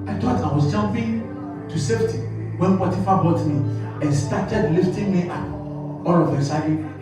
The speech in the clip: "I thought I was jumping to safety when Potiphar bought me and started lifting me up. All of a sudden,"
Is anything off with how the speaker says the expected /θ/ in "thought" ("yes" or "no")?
yes